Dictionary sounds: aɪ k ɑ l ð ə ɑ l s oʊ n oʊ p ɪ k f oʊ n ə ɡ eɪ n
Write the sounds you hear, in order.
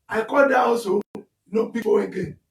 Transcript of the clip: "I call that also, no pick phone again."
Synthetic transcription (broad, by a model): aɪ k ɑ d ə ɑ l s oʊ n oʊ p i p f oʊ ə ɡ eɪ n